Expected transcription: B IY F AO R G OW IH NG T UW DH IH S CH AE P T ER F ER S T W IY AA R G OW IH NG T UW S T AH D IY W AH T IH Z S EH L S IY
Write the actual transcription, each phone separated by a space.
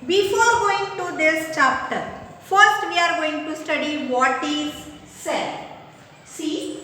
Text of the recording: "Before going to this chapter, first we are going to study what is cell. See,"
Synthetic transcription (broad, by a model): B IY F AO R G OW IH NG T UW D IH S CH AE P T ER F ER S T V IY AA R G OW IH NG T UW S T AH D IY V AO T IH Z S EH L S IY